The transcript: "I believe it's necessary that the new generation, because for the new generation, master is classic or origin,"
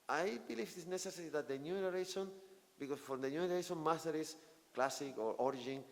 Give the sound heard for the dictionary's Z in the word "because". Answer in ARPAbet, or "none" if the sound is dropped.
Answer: S